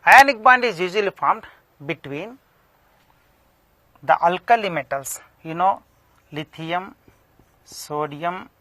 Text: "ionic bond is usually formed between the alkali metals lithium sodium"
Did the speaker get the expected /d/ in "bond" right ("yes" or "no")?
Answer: yes